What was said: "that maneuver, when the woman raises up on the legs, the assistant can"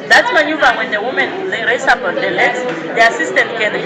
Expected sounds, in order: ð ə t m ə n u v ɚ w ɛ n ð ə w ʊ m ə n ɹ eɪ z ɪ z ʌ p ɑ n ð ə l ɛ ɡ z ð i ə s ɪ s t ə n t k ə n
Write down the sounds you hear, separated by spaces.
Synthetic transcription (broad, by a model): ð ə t m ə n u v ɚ w ɛ n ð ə w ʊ m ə n l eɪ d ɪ s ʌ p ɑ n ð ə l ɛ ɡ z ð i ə s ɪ s t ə n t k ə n